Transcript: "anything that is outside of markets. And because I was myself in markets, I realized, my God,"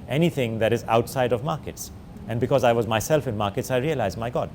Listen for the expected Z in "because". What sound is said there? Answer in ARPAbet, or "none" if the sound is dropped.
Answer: Z